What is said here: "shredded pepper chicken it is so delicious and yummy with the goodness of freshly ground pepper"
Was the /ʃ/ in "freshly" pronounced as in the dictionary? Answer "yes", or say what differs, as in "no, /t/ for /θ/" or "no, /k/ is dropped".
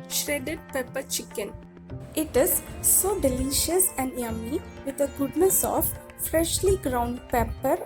yes